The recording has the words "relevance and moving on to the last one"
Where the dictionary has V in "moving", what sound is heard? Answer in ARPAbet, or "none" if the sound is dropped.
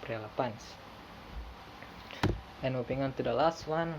P